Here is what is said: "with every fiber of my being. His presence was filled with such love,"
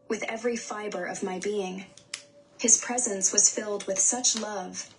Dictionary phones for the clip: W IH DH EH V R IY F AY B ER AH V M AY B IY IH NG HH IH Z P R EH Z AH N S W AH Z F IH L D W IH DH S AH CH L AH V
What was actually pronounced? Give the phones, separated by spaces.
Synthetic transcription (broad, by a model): W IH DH EH V R IY F AY B ER AH V M AY B IY IH NG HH IH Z P R EH Z AH N S W AH Z F IH L D W IH DH S AH CH L AH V